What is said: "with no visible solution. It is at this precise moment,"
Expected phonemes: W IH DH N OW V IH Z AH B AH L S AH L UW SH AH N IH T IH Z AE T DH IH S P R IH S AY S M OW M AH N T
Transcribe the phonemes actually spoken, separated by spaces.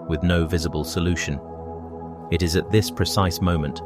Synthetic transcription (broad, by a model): W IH DH N OW V IH Z AH B AH L S AH L UW SH AH N IH T IH Z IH T DH IH S P R IH S AY S M OW M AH N T